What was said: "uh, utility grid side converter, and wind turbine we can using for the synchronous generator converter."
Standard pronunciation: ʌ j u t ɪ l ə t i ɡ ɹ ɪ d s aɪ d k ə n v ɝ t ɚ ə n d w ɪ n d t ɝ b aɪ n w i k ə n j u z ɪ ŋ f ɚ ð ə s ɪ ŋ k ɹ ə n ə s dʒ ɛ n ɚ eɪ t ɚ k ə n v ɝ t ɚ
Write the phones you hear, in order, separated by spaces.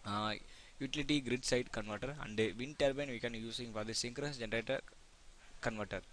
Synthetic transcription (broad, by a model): j u t ɪ l ə t i ɡ ɹ ɪ d s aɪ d k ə n v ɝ t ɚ ə n d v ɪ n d t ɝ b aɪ n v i k ə n j u s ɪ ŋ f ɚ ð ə s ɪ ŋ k ɹ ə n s dʒ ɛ n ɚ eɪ t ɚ k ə n v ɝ t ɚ